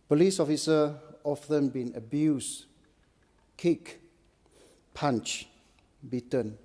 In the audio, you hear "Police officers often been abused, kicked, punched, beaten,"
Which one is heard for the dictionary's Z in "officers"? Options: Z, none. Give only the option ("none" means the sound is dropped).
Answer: none